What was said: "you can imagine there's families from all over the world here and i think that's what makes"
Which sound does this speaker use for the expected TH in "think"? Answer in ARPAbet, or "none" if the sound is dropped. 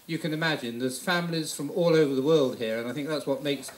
TH